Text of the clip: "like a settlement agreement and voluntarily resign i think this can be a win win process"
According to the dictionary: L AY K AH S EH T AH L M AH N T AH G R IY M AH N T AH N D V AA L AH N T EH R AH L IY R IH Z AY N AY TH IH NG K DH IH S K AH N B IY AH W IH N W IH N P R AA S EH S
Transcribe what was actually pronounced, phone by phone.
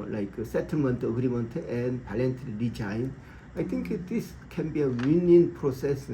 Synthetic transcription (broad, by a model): L AY K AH S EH T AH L M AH N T AH G R IY M AH N T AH N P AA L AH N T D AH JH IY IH N AY T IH NG K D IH S K AH N B IY AH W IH N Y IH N P R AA S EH S